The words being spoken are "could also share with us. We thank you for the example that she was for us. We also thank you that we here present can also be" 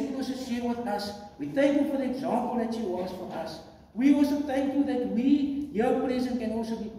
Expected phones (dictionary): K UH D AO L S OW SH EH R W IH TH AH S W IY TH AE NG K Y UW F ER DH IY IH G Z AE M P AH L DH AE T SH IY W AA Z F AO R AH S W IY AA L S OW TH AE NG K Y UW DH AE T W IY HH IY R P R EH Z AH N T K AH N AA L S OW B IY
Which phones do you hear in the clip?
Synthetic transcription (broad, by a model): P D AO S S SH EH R W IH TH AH S W IY TH AE NG K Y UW F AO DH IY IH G Z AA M P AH L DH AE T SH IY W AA S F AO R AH S W IY AA L S OW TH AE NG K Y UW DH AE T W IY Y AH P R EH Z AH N K AH N AA L S OW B IY